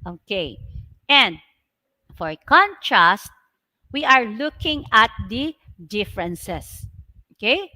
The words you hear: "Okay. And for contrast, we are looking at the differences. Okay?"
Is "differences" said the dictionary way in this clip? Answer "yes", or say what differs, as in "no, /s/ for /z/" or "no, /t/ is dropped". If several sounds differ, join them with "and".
no, /s/ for /z/